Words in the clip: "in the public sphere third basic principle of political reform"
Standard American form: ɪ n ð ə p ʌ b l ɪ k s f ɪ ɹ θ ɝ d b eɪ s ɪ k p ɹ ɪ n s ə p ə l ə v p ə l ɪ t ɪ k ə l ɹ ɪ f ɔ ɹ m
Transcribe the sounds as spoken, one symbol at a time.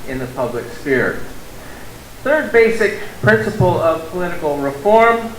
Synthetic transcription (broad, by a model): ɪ n ð ə p ʌ b l ɪ k s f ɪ ɹ θ ɝ d b eɪ s ɪ k p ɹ ɪ n s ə p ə l ə v p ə l ɪ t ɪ k l ɹ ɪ f ɔ ɹ m